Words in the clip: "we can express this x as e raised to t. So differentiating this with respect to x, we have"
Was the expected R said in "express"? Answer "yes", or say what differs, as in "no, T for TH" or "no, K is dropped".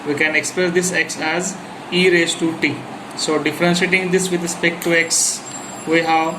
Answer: no, L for R